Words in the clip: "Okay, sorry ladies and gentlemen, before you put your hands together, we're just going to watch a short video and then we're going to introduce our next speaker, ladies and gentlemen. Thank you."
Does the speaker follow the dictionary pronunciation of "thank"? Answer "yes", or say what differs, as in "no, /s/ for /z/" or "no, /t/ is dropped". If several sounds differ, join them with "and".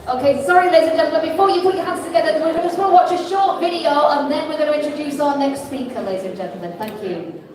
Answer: yes